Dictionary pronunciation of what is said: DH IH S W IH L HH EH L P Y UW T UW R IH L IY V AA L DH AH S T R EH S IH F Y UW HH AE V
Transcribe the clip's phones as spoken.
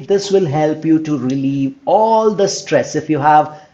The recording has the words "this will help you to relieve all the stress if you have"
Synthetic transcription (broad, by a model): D IH S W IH L HH EH L P Y UW T UW R IH L IY V AA L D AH S T R EH S IH F Y UW HH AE V